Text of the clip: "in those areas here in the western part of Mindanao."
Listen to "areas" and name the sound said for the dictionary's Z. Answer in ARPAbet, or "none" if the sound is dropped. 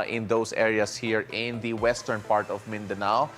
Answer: S